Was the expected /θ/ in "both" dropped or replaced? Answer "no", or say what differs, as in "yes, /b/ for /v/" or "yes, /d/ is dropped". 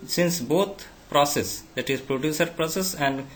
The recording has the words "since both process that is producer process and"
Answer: yes, /t/ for /θ/